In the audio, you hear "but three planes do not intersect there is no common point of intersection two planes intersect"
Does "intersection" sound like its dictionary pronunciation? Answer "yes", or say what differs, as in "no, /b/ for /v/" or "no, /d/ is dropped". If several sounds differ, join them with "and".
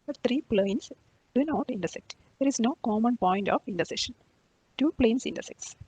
no, /k/ is dropped